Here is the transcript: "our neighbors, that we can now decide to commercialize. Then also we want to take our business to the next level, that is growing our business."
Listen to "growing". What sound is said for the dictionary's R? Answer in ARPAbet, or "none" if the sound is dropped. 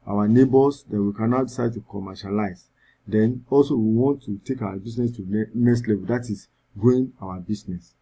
none